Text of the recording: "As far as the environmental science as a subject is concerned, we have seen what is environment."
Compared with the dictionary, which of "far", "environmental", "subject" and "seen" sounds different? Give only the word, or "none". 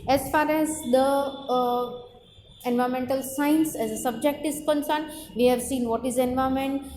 environmental